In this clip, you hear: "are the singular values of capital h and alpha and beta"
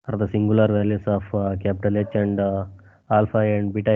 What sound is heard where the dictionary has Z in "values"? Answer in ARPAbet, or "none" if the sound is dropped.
S